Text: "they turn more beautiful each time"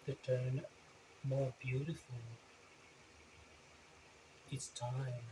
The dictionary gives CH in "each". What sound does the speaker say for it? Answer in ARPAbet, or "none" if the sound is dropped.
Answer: S